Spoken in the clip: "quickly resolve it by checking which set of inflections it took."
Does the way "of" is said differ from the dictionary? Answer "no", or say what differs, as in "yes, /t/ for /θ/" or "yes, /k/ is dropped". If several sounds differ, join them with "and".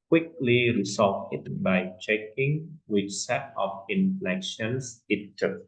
yes, /p/ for /v/